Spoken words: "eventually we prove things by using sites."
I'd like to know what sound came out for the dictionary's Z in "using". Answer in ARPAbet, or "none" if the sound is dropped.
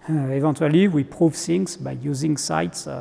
Z